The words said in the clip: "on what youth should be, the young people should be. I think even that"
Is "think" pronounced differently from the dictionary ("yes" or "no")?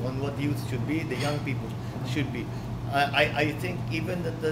yes